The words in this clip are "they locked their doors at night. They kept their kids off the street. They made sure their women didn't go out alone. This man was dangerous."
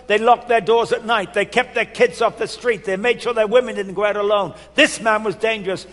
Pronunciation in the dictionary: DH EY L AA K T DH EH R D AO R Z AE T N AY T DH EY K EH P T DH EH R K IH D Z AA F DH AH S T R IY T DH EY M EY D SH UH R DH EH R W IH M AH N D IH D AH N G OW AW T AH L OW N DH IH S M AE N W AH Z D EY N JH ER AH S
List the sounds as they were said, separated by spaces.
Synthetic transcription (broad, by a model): DH EY L AA K T DH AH R D AO R Z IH T N AY T DH EY K EH P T DH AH R K IH D Z AA F DH AH S T R IY T DH EY M EY D SH UH R DH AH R W IH M AH N D IH D N G OW AW T AH L OW N DH IH S M AE N W AH Z D EY N JH ER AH S